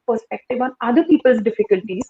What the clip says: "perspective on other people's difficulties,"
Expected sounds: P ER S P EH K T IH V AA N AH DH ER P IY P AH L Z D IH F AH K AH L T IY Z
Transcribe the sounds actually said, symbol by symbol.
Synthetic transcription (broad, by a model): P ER S P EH K T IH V AA N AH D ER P IY P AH L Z D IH F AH K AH L T IY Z